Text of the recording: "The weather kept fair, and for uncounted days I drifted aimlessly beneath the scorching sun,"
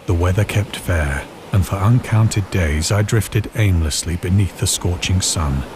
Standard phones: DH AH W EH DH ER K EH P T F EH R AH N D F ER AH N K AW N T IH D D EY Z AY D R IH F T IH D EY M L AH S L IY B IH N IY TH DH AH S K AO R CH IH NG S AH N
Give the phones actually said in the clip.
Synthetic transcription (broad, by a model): DH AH W EH DH ER K EH P T F EH R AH N F ER AH N K AW N T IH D D EY Z AY D R IH F T IH D EY M L AH S L IY B IH N IY TH DH AH S K AO R CH IH NG S AH N